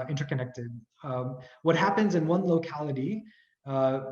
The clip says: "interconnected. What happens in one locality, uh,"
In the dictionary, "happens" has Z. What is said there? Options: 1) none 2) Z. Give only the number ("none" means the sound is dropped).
2